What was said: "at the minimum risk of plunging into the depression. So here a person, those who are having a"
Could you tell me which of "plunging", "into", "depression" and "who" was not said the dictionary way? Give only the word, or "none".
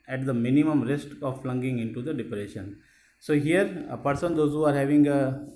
plunging